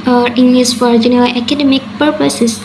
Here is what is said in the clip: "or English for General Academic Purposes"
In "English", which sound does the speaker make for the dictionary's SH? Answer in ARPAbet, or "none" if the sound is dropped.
S